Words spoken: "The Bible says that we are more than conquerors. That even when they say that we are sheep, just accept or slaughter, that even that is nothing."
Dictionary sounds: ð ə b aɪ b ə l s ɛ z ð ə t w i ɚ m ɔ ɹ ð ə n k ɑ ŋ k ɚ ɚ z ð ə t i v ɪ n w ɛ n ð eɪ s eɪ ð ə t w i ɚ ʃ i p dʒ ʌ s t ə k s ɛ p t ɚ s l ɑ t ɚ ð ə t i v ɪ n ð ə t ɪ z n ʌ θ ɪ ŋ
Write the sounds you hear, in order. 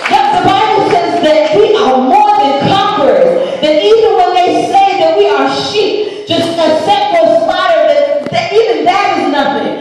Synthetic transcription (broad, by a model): ð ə b aɪ b l s ɛ z ð ə t w i ɚ m ɔ ɹ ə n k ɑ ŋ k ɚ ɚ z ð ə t i v ɪ n w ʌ n ð eɪ s eɪ ð ə t w i ɚ ʃ i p dʒ ʌ s t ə s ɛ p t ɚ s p ɑ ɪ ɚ ð ə t i v ɪ n ð ə t ɪ z n ʌ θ ɪ ŋ